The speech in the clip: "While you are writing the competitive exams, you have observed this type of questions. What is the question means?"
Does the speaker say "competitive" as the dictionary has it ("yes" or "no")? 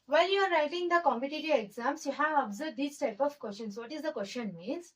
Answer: no